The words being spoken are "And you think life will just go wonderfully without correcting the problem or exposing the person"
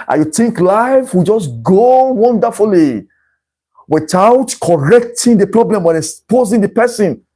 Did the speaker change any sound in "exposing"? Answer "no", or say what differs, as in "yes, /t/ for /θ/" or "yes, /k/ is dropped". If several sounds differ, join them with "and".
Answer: yes, /k/ is dropped